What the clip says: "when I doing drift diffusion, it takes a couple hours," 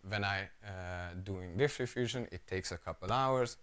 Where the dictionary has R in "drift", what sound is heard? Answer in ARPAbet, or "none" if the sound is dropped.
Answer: none